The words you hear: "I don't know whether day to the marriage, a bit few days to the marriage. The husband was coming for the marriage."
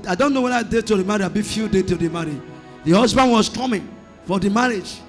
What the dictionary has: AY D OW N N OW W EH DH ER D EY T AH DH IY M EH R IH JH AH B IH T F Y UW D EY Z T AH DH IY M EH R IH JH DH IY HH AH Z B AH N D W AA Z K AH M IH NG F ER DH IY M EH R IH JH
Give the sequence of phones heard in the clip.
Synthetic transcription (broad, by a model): AY D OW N N OW W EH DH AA D EY T AH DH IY M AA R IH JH AH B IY F Y UW D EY T AH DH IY M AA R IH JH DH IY HH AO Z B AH N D W AA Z K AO M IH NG F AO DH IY M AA R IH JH